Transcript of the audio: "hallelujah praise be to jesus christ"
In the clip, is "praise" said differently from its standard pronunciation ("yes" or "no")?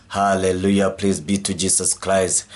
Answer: yes